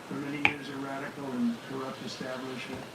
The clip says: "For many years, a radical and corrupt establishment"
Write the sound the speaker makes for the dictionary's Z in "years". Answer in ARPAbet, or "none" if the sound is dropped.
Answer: Z